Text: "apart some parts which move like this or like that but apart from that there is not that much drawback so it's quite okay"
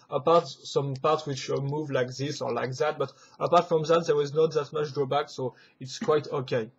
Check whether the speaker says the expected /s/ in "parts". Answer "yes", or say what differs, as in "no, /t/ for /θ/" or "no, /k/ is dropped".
no, /s/ is dropped